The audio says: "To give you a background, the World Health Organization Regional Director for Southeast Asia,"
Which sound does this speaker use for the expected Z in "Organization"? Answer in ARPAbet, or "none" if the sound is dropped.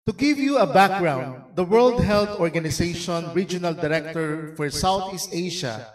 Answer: S